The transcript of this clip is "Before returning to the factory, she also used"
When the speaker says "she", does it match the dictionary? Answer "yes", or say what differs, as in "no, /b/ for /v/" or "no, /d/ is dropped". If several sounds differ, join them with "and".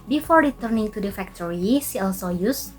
no, /s/ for /ʃ/